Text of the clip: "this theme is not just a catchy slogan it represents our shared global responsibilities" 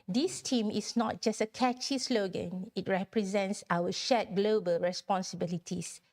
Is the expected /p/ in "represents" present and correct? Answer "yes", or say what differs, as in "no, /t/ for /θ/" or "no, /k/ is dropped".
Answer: yes